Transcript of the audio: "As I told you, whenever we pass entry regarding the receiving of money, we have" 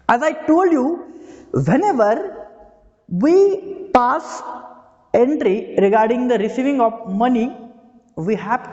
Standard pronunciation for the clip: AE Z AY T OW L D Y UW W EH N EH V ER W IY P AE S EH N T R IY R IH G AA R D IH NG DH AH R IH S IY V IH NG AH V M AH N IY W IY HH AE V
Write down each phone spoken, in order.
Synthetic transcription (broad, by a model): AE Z AY T OW L D Y UW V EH N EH V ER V IY P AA S EH N T R IY R IH G AA R D IH NG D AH R IH S IY V IH NG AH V M AH N IY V IY HH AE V